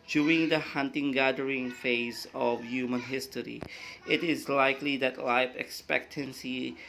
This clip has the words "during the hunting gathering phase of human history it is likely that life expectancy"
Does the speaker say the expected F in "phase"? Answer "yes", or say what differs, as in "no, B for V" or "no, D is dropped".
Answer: yes